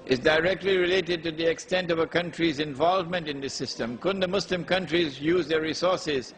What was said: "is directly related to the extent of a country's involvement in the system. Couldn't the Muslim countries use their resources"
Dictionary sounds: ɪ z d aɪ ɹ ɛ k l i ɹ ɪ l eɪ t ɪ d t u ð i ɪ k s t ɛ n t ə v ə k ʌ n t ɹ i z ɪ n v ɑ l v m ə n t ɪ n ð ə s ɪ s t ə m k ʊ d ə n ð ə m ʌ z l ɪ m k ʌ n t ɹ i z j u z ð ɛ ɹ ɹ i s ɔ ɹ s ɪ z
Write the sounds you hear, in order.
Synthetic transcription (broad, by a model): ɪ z d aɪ ɹ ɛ k l i ɹ ɪ l eɪ t ɪ d t u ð i ɪ k s t ɛ n t ə v ə k ʌ n t ɹ i z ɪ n v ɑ l v m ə n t ɪ n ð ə s ɪ s t ə m k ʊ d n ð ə m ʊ s l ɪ m k ʌ n t ɹ i z j u z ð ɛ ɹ ɹ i s ɔ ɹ s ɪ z